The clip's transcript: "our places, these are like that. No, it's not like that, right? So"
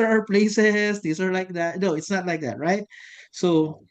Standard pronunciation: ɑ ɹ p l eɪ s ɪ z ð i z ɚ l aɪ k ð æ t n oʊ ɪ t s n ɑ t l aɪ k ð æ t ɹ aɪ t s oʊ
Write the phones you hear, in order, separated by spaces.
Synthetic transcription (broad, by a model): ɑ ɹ p l eɪ s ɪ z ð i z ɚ l aɪ k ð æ t n oʊ ɪ t s n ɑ t l aɪ k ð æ t ɹ aɪ t s oʊ